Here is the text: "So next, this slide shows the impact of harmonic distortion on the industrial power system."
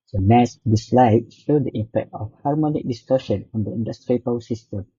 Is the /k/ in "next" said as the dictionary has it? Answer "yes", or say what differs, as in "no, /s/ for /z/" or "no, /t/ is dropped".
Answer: no, /k/ is dropped